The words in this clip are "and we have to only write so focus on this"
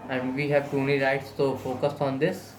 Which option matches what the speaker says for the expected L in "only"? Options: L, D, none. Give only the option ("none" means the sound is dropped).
none